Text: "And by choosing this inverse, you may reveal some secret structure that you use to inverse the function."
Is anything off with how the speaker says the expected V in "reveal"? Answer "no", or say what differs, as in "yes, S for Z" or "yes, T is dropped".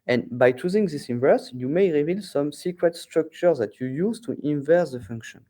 no